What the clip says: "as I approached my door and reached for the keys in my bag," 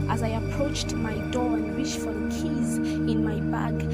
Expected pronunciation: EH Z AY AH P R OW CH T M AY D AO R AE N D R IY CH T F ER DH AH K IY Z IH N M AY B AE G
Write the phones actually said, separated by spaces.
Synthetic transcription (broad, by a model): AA Z AY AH P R OW CH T M AY D AO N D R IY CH F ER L K IY Z IH N M AY B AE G